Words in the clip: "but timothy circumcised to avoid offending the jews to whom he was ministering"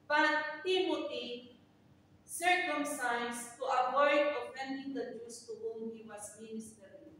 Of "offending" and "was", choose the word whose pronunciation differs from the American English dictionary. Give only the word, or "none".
was